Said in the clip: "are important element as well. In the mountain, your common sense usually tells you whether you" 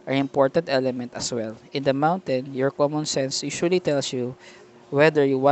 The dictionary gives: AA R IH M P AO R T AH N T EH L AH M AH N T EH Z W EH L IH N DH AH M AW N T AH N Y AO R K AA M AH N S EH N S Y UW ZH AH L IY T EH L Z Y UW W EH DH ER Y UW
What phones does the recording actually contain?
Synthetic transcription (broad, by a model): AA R IH M P AO R T AH N T EH L AH M AH N T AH S W EH L IH N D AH M AW N T AH N Y AO R K AA M AH N S EH N S Y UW SH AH L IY T EH L S Y UW W EH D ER Y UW